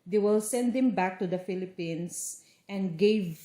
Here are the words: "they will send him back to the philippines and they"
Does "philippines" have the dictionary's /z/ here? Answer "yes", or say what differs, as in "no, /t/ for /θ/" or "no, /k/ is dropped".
no, /s/ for /z/